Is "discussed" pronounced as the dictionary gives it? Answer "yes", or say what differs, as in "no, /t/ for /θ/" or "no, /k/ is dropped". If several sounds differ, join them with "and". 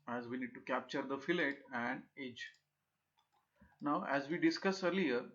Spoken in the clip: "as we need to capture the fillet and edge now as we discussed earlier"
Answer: no, /t/ is dropped